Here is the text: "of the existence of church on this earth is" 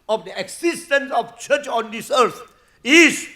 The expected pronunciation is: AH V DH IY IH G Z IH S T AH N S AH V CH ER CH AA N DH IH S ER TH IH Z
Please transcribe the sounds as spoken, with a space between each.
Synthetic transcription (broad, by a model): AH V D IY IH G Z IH S T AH N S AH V CH ER CH AA N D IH S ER T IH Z